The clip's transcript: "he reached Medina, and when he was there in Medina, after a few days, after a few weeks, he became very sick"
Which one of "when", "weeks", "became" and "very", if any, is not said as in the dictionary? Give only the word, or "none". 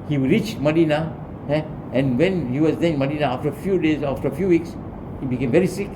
none